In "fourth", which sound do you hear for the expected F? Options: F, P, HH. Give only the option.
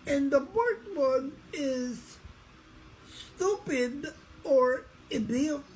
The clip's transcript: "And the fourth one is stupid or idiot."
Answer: P